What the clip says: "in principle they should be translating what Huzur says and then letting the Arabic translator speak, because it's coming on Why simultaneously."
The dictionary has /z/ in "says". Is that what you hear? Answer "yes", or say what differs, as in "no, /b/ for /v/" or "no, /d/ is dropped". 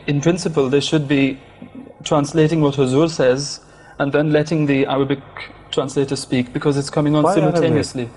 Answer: yes